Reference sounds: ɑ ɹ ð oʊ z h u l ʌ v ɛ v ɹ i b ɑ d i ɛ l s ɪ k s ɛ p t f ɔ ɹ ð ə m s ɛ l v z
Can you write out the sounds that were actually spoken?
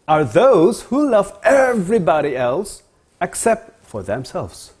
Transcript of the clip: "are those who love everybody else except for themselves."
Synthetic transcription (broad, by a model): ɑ ɹ ð oʊ z h u l ʌ v ɛ v ɹ i b ɑ d i ɛ l s ɪ k s ɛ p t f ɔ ɹ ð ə m s ɛ l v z